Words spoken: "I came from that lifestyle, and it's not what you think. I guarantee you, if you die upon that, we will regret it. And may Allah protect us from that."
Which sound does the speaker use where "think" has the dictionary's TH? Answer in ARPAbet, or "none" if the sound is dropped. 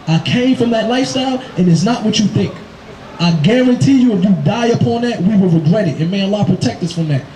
TH